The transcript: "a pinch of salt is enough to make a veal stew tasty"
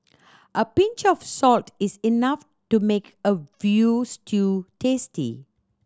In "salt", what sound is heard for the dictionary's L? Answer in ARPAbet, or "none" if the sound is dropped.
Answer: L